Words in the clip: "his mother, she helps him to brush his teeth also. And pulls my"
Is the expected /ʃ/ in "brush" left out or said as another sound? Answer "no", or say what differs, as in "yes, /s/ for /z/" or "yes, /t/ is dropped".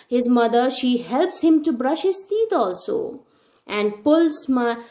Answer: no